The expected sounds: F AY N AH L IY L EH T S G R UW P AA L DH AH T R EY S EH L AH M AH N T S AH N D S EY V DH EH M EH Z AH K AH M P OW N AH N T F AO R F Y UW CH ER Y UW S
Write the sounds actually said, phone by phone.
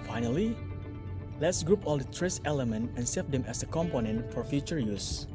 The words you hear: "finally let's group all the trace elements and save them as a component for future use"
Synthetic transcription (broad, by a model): F AY N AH L IY L EH T S G R UW P AA L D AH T R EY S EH L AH M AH N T AH N S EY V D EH M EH S AH K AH M P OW N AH N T F AO R F Y UW CH ER Y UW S